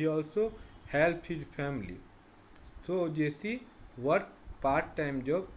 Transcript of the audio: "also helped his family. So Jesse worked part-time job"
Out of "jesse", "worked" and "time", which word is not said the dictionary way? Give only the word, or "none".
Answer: worked